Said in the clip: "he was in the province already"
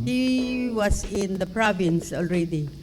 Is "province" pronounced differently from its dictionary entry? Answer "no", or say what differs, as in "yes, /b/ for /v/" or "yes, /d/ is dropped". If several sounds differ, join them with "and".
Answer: no